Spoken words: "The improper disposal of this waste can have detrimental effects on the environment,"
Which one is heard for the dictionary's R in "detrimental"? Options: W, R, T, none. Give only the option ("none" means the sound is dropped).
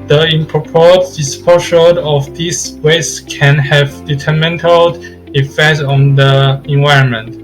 none